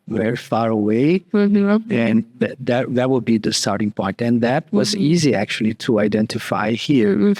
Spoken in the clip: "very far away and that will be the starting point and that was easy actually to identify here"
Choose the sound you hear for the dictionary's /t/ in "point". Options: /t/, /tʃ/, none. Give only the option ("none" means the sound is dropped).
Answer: /t/